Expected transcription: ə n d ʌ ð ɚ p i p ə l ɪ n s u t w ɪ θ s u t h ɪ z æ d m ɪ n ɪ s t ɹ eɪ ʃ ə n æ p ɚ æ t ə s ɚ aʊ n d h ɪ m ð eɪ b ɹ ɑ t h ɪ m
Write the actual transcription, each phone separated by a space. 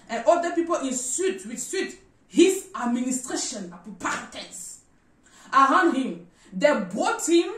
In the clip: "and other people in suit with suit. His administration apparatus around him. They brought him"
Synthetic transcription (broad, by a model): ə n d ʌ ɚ p i p ə l ɪ n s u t w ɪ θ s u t h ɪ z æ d m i n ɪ s t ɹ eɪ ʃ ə n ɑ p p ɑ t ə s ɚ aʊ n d h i m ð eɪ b ɑ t h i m